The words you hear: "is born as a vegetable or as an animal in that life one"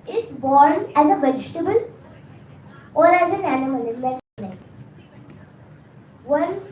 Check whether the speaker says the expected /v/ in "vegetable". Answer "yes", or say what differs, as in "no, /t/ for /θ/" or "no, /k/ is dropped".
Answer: no, /b/ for /v/